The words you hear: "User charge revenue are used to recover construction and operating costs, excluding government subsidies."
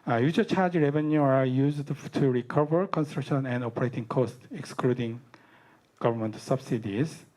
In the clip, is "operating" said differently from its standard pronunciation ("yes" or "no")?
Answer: no